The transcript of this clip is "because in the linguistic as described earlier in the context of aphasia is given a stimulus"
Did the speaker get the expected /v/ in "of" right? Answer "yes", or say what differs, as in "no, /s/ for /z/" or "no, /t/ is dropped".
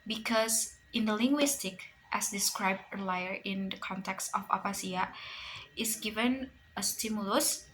no, /p/ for /v/